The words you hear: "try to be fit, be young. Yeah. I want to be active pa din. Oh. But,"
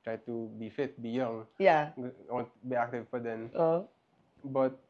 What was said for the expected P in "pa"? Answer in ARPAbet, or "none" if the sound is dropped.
F